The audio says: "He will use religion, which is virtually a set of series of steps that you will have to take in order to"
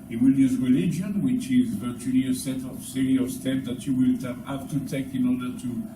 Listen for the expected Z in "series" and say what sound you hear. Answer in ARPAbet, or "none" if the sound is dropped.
none